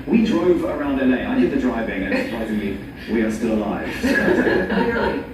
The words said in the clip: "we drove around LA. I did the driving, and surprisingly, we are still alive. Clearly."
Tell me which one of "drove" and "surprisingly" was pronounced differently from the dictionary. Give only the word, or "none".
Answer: none